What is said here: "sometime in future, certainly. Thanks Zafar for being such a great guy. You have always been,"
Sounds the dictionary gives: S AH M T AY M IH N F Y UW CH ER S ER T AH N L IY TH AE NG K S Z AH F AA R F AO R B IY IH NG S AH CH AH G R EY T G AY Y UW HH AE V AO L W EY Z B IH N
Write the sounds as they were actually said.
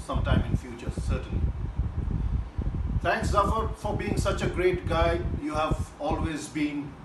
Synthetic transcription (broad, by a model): S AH M T AY M IH N F Y UW CH ER S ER T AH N L IY T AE NG K S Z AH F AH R F AO R B IY IH NG S AH CH AH G R EY T G AY Y UW HH AE V AO L W EY Z B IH N